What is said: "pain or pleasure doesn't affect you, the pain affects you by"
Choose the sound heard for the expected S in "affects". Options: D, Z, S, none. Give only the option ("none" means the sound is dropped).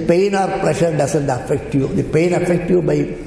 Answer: none